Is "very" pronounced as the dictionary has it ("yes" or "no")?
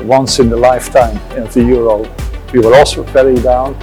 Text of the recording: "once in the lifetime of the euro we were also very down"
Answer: no